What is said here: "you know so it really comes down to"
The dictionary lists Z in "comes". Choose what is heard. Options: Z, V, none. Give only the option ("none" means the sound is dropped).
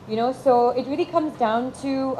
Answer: Z